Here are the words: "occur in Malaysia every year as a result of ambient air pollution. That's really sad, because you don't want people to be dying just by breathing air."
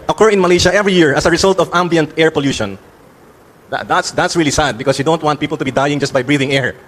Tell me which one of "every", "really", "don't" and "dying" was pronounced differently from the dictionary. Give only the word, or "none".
none